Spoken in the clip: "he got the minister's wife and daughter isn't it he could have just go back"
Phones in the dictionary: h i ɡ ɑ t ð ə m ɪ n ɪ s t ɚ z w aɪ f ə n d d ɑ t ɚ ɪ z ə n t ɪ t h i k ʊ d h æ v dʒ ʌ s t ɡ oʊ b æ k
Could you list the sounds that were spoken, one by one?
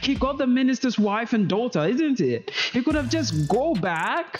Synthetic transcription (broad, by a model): h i ɡ ɑ t ð ə m ɪ n ɪ s t ɚ z w aɪ f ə n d d ɑ t ɚ ɪ z ə n t ɪ t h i k ʊ d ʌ v dʒ ʌ s ɡ oʊ b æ k